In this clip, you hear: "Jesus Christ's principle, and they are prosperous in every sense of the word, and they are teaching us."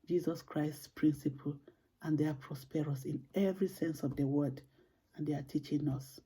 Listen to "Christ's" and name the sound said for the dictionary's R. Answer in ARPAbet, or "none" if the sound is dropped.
R